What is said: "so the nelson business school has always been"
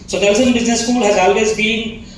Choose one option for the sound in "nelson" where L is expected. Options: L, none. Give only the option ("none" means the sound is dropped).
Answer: none